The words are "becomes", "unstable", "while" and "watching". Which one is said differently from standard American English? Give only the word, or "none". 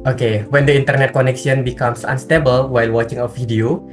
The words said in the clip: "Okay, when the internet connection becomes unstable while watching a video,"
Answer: becomes